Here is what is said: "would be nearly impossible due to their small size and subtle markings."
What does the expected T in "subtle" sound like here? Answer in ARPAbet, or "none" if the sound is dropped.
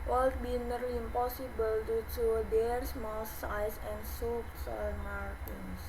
S